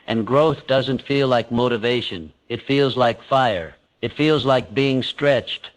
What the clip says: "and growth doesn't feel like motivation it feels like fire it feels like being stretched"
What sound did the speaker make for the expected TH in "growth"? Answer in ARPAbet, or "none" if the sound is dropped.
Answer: TH